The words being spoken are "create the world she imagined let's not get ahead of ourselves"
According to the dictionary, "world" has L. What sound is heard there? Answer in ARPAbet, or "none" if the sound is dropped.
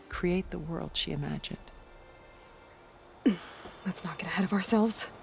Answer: L